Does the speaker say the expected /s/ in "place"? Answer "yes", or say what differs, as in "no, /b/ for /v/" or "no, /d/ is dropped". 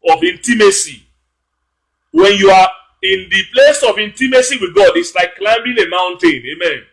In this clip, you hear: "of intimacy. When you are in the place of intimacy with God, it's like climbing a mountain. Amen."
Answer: yes